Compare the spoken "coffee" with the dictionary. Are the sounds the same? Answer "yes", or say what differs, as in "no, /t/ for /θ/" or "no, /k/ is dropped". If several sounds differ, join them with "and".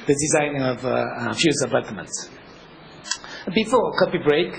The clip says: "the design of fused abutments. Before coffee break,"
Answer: no, /p/ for /f/